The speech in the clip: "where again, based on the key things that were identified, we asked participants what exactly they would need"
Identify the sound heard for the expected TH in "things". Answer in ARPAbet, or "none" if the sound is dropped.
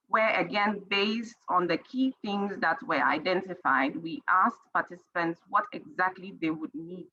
TH